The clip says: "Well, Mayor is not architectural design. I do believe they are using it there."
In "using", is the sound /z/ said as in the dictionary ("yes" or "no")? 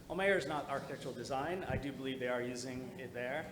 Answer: yes